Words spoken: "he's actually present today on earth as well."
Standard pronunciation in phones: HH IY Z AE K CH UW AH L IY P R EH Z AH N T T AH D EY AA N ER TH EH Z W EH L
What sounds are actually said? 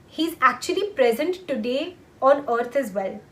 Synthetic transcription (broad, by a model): HH IY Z AE K CH UW AH L IY P R EH Z AH N T T AH D EY AA N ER T EH Z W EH L